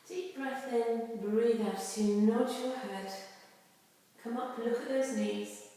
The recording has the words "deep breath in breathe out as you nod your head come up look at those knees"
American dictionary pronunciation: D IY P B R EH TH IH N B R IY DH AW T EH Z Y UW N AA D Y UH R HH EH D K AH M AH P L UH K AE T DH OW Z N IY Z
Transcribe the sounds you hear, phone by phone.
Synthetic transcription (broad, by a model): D IY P B R EH TH IH N B R IY DH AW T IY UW N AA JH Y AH HH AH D K AH M AH P L UH K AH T DH OW Z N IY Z